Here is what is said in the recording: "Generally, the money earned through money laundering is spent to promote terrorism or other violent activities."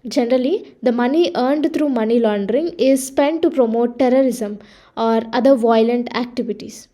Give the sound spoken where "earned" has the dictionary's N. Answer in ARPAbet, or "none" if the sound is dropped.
N